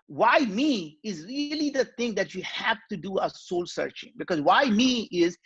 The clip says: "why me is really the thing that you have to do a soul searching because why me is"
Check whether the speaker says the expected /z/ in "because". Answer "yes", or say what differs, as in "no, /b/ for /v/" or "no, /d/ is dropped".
yes